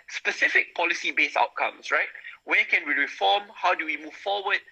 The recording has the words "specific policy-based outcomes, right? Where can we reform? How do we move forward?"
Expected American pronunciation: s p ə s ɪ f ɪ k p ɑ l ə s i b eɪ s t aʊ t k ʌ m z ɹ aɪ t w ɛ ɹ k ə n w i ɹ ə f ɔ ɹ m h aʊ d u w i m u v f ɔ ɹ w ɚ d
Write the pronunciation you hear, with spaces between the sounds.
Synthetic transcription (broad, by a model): s p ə s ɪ f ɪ k p ɑ l ə s i b eɪ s aʊ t k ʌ m s ɹ aɪ t w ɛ k ə n w i ɹ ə f ɔ m h aʊ d u w i m u v f ɔ w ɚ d